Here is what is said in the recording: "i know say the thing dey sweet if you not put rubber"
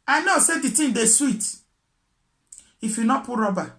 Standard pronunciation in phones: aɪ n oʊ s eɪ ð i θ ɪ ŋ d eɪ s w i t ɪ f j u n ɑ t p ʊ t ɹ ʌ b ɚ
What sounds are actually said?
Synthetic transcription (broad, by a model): aɪ n oʊ s eɪ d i t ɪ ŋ d eɪ s w i t ɪ f j u n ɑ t p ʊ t ɹ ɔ b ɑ